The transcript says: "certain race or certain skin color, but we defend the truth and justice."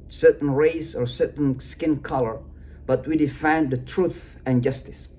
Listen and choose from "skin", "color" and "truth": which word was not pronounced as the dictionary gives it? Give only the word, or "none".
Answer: none